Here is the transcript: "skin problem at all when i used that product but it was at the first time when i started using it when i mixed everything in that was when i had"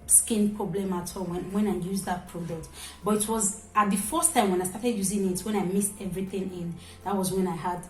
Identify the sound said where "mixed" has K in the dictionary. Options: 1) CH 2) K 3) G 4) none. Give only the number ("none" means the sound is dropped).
4